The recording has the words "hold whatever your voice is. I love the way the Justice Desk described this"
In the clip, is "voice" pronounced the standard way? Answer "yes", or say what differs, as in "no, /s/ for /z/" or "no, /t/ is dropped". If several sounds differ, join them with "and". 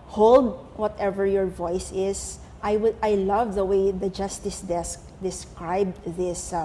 yes